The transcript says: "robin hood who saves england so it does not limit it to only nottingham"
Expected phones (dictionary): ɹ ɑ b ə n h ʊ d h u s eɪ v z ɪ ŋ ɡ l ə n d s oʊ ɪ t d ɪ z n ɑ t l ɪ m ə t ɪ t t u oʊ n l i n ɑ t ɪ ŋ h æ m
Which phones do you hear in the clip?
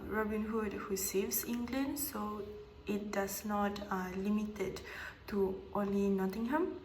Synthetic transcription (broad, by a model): ɹ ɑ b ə n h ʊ d h u s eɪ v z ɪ ŋ ɡ l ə n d s oʊ ɪ t d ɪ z n ɑ t l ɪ m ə t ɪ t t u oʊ l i n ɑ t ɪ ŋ h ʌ m